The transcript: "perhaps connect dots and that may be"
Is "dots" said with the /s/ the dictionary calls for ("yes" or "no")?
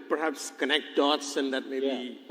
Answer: yes